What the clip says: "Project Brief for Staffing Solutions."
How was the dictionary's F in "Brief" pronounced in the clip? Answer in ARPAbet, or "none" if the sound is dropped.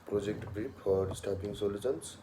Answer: P